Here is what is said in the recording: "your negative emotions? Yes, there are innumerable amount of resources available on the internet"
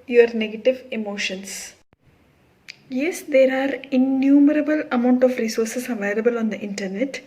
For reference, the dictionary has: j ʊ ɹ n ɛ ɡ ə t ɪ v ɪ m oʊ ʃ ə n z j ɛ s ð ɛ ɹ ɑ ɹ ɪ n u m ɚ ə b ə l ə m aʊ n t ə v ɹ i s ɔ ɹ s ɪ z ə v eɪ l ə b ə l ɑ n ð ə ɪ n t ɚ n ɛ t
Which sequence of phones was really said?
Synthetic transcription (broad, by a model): j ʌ ɹ n ɛ ɡ ə t ɪ v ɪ m oʊ ʃ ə n s j ɛ s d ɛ ɹ ɑ ɹ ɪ n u m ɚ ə b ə l ə m aʊ n t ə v ɹ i s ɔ ɹ s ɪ s ə v eɪ l ə b ə l ɑ n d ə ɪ n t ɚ n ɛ t